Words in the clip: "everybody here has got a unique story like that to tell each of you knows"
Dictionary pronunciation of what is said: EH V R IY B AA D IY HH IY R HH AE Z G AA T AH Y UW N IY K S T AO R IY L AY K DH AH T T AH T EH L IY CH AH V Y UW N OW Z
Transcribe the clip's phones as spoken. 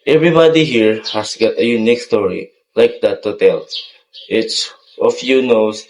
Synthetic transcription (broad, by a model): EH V R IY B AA D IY HH IY R HH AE S G AA T AH Y UW N IY K S T AO R IY L AY K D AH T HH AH T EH L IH S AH F Y UW N OW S